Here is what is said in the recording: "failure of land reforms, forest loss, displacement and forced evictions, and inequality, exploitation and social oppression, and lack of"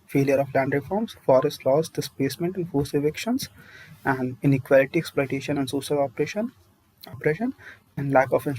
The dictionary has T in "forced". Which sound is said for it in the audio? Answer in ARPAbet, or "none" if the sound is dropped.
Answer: none